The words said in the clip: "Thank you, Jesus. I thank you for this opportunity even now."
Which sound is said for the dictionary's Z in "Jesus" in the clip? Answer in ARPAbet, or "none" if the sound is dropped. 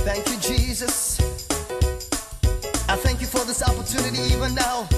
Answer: Z